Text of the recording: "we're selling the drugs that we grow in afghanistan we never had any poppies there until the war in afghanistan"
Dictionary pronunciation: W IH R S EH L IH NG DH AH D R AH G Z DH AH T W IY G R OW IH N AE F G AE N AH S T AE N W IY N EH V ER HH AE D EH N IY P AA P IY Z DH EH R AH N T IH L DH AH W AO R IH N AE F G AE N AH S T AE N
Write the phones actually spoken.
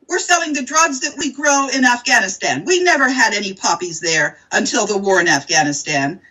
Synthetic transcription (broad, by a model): W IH R S EH L IH NG DH AH D R AH G Z DH AH T W IY G R OW IH N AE F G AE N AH S T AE N W IY N EH V ER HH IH D EH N IY P AA P IY Z DH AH R AH N T IH L DH AH W AO R IH N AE F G AE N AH S T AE N